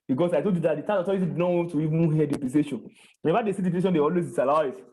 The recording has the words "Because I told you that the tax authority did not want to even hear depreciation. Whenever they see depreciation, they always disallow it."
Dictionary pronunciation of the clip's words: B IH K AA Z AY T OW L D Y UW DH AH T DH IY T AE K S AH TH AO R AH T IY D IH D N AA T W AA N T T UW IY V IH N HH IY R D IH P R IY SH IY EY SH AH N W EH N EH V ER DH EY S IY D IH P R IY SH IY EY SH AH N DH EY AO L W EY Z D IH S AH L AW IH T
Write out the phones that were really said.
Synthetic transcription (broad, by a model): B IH K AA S AY T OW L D Y UW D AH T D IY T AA S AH T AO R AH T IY D IH D N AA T W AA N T T UW IY V IH N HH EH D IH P L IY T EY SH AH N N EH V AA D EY S IY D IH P IY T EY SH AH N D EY AO L W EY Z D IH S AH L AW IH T